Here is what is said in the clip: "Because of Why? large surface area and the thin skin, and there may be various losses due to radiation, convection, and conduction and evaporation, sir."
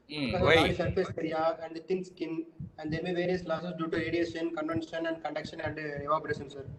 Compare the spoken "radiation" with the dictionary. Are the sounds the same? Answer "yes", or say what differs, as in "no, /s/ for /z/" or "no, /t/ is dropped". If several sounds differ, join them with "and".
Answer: no, /s/ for /ʃ/